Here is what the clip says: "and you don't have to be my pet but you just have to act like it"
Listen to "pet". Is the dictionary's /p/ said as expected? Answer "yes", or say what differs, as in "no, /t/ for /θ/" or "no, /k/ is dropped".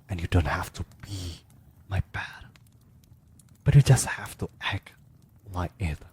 no, /b/ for /p/